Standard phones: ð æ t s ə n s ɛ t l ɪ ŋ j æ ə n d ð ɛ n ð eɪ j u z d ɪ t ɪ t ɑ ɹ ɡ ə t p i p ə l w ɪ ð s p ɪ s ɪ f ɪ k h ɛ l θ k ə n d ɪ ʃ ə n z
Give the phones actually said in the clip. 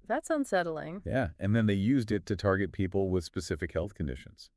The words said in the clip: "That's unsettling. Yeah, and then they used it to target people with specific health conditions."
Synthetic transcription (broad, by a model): ð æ t s ə n s ɛ t l ɪ ŋ j æ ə n ð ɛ n ð eɪ j u z d ɪ t ɪ t ɑ ɹ ɡ ə t p i p l w ɪ ð s p ɪ s ɪ f ɪ k h ɛ l θ k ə n d ɪ ʃ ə n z